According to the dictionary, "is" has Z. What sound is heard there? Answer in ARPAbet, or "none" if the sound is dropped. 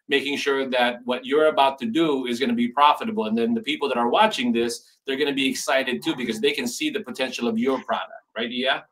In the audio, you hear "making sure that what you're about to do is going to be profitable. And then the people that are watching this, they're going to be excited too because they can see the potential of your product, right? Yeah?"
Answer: Z